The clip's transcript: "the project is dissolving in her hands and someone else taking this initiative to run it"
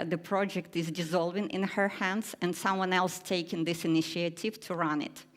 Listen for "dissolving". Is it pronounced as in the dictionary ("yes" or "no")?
yes